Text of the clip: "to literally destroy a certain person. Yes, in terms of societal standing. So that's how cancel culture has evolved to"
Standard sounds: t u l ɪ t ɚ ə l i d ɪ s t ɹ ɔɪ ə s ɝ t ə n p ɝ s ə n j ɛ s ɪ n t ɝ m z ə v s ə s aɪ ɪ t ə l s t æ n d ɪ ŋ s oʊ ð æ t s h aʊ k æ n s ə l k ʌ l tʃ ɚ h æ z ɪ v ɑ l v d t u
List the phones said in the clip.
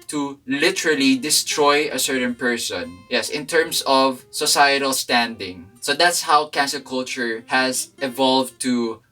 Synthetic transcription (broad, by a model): t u l ɪ t ɚ ə l i d ɪ s t ɹ ɔɪ ə s ɝ t ə n p ɝ s ə n j ɛ s ɪ n t ɝ m s ə v s ə s aɪ ɪ t ə l s t æ n d ɪ ŋ s oʊ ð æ t s h aʊ k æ n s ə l k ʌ l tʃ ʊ h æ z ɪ v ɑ l v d t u